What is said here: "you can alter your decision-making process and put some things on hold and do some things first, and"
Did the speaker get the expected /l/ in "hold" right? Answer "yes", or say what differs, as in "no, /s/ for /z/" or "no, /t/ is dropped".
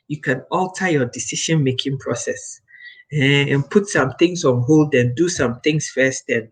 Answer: yes